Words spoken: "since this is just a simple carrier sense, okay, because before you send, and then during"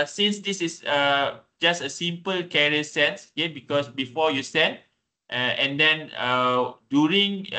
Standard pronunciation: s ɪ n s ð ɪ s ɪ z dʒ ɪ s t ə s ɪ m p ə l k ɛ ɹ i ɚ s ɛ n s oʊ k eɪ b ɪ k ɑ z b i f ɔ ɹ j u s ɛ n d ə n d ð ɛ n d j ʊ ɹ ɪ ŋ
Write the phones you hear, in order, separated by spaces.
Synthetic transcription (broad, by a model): s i n s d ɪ s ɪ s dʒ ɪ s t ə s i m p ə l k ɛ ɹ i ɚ s ɛ n s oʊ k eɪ b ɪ k ɑ s b i f ɔ j u s ɛ n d ə n d ɛ n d j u ɹ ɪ ŋ